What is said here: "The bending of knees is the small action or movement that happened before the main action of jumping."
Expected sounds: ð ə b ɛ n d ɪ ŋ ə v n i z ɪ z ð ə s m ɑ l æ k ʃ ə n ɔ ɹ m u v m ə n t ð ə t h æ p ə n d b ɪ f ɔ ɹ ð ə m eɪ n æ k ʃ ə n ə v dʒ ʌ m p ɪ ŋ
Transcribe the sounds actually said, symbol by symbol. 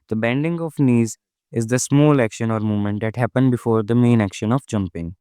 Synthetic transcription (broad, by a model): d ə b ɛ n d ɪ ŋ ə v n i z ɪ z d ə s m ɑ l æ k ʃ ə n ɔ ɹ m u m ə n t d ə t h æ p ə n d b ɪ f ɔ ɹ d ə m eɪ n æ k ʃ ə n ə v dʒ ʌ m p ɪ ŋ